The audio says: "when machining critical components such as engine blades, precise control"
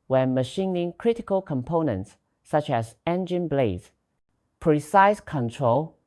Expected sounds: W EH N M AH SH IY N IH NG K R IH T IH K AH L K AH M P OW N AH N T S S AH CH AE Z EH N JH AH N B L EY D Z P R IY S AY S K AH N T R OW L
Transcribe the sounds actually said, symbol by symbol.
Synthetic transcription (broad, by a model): W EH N M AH SH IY N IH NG K R IH T IH K AH L K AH M P OW N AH N T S S AH CH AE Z EH N JH AH N B L EY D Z P R IY S AY S K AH N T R OW L